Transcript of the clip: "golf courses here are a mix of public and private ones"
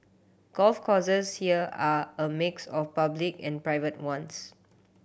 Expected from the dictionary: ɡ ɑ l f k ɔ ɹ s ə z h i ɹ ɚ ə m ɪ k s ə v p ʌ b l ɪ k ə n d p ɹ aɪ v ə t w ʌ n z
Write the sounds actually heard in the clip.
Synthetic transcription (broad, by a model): ɡ ɑ l f k ɔ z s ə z h i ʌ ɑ ə m ɪ k s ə f p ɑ b l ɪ k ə n p ɹ aɪ v ə t w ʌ n s